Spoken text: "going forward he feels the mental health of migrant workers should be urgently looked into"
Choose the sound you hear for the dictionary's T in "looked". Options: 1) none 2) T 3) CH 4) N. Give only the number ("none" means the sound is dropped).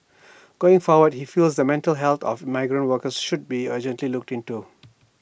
2